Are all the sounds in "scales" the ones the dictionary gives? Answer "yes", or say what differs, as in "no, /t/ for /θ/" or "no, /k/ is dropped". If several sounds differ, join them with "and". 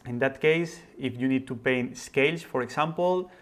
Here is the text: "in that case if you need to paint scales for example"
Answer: no, /s/ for /z/